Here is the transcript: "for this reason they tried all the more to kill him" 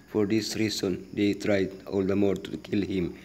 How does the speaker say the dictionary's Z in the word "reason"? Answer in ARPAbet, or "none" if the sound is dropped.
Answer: S